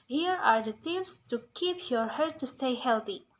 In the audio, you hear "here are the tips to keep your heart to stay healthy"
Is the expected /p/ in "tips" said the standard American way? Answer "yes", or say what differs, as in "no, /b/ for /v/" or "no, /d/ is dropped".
no, /f/ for /p/